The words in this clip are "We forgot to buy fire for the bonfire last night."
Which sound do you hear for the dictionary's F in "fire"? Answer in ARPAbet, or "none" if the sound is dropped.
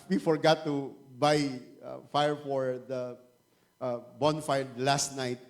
F